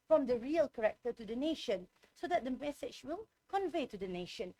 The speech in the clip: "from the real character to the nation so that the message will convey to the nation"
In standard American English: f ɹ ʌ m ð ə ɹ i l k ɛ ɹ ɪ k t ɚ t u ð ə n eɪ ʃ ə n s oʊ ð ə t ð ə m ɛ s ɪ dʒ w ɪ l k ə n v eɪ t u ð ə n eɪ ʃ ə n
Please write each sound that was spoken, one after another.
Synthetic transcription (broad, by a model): f ɹ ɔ m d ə ɹ i l k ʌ ɹ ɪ k t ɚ t u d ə n eɪ ʃ ə n s oʊ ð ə t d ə m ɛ s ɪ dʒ w ɪ l k ə n v eɪ t u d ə n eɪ ʃ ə n